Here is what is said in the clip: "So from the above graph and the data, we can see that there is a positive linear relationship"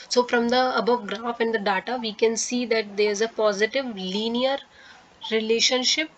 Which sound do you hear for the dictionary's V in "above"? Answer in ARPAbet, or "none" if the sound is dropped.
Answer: V